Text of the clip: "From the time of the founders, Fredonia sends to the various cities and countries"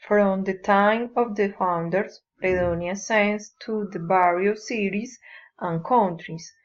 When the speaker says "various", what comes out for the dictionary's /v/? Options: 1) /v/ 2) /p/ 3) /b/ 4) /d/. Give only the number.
3